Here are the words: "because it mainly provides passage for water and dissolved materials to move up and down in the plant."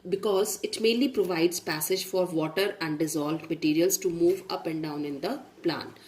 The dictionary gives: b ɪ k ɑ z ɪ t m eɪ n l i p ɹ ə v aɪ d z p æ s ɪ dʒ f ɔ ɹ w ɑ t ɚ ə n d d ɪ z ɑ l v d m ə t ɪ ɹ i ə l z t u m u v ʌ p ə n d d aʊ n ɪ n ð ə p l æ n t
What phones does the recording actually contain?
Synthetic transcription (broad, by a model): b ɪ k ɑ z ɪ t m eɪ n l i p ɹ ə v aɪ d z p æ s ɪ dʒ f ɔ ɹ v ɑ t ɚ ə n d d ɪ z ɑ l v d m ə t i ɹ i ə l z t u m u v ʌ p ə n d d aʊ n ɪ n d ə p l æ n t